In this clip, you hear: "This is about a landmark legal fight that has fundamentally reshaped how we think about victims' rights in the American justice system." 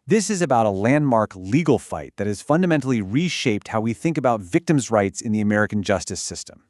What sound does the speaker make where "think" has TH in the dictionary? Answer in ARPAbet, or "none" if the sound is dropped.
TH